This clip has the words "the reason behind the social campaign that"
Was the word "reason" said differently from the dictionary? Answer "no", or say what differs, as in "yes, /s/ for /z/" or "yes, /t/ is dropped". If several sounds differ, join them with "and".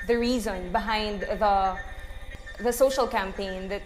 no